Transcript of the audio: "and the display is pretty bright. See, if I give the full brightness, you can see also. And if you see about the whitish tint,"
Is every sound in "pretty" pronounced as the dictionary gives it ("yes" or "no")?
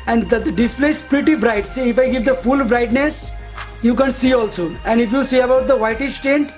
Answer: yes